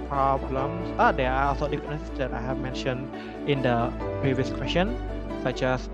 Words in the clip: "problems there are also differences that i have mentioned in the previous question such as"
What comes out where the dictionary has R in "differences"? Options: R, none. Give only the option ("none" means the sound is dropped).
none